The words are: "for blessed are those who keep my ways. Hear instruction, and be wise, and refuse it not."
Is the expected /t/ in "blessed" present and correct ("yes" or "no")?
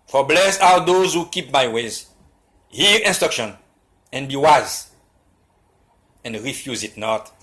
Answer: no